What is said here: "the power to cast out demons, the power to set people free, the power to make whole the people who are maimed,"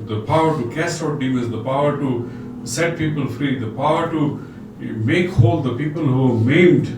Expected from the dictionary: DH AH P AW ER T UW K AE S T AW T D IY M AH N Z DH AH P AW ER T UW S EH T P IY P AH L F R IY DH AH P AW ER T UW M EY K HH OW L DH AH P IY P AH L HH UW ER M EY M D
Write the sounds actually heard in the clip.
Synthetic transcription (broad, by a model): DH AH P AW ER T UW K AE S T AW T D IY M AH Z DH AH P AW ER T UW S EH T P IY P AH L F R IY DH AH P AW ER T UW M EY K HH OW L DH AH P IY P AH L HH UW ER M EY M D